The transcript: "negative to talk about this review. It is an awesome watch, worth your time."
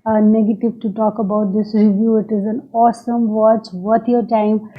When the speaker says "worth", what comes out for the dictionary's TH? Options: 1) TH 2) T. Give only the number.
2